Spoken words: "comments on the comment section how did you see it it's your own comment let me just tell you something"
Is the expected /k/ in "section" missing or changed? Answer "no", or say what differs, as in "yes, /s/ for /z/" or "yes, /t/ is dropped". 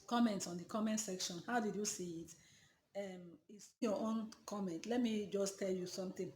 no